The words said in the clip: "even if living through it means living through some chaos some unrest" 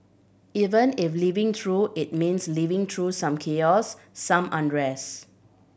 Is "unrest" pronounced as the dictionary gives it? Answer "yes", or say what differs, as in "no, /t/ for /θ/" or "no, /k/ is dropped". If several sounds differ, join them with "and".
no, /t/ is dropped